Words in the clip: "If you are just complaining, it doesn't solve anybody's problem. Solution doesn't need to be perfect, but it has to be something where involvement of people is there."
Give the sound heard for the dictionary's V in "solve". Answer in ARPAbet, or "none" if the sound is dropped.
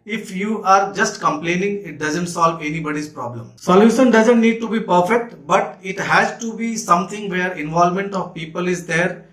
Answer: V